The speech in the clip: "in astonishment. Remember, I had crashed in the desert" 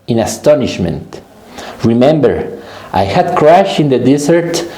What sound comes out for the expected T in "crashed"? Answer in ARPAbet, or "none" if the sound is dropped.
none